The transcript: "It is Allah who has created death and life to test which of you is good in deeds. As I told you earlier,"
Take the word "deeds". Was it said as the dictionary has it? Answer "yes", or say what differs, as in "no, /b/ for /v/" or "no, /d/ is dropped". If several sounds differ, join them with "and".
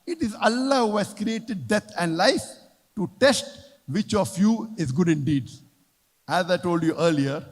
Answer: no, /z/ is dropped